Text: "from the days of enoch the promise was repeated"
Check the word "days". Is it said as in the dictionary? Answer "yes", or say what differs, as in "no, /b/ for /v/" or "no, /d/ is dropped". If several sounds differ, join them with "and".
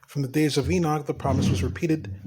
yes